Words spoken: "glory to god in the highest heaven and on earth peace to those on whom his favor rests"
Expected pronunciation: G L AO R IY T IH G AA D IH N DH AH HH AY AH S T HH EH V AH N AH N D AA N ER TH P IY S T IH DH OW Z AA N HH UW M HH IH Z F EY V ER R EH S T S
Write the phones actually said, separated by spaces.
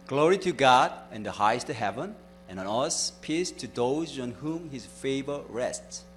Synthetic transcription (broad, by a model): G L AO R IY T IH G AA D IH N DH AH HH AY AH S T HH EH V AH N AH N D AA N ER S P IY S T IH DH OW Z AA N HH UW M HH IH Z F EY V ER R EH S T S